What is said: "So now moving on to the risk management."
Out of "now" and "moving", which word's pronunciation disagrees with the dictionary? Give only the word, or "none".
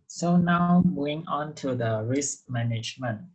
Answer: moving